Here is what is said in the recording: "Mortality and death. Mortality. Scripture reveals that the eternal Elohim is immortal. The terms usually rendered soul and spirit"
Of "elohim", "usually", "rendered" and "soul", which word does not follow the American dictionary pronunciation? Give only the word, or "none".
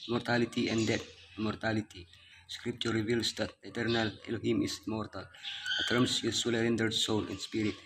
usually